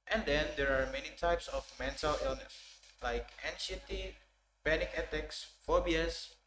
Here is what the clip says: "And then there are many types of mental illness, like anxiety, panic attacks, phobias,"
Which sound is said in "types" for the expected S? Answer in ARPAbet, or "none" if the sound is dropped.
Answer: S